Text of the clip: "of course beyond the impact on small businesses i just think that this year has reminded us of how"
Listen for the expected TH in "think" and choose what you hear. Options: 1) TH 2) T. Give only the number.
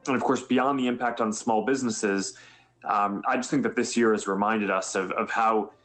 1